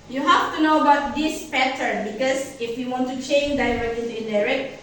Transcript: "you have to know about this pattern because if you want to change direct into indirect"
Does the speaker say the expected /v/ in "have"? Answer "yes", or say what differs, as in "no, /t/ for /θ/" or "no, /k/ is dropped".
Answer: no, /f/ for /v/